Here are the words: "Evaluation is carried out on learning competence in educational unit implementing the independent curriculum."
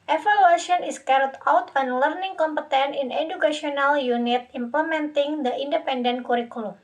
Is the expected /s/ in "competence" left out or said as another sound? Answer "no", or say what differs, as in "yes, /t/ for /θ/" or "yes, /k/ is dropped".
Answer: yes, /s/ is dropped